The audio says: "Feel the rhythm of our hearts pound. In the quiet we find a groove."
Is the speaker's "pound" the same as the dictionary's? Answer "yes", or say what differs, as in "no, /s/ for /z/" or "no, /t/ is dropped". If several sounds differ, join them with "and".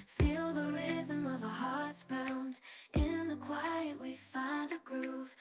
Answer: no, /b/ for /p/